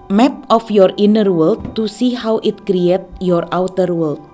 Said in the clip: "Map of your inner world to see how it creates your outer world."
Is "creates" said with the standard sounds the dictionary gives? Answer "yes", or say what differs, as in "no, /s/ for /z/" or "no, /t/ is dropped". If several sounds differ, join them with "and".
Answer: no, /s/ is dropped